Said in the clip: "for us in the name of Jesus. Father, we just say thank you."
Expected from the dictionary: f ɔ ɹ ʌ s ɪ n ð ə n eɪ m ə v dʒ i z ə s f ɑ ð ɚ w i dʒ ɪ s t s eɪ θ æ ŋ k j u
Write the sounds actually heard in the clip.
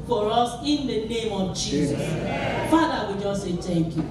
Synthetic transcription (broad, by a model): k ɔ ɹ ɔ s ɪ n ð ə n eɪ m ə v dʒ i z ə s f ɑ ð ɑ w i dʒ ɪ s t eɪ t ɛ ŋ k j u